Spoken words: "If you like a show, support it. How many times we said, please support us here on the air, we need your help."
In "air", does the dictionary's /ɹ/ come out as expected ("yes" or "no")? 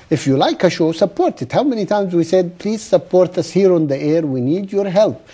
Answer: yes